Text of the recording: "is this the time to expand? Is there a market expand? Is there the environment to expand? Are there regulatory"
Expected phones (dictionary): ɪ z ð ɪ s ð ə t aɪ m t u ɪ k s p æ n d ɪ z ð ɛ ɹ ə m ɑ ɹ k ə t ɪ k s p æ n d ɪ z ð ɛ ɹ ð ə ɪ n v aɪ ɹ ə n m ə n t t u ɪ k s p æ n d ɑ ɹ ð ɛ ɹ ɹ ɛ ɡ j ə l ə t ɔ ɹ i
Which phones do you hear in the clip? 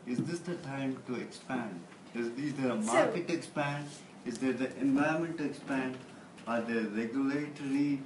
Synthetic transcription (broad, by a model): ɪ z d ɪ s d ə t aɪ m t u ɪ k s p æ n d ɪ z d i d ə m ɑ ɹ k ə t ɪ k s p æ n d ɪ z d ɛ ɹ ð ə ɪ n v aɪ ə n m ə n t t u ɪ k s p æ n d ɑ ɹ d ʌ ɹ ɹ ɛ ɡ j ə l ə t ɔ ɹ i